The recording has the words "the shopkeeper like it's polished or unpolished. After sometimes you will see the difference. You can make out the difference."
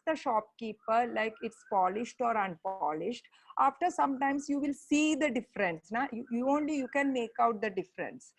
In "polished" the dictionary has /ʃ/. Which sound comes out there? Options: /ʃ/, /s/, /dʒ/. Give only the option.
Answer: /ʃ/